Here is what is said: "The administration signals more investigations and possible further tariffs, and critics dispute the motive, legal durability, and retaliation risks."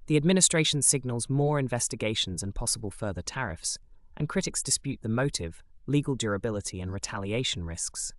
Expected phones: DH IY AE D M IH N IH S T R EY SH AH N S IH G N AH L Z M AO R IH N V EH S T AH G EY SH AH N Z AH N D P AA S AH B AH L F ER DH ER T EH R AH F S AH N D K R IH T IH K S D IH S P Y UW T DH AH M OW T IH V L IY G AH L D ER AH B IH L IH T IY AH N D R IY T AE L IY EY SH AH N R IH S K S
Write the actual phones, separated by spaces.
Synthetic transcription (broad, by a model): DH IY AE D M IH N IH S T R EY SH AH N S IH G N AH L Z M AO R IH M V EH S T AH G EY SH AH N Z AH N P AA S AH B AH L F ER DH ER T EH R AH F S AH N K R IH T IH K S D IH S P Y UW T DH AH M OW T IH V L IY G AH L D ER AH B IH L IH T IY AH N R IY T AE L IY EY SH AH N R IH S K S